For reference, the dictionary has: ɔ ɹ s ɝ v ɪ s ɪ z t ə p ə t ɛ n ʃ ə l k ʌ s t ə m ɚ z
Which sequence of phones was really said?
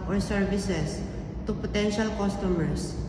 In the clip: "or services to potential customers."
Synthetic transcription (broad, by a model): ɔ ɹ s ɝ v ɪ s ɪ s t ə p ə t ɛ n ʃ ə l k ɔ s t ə m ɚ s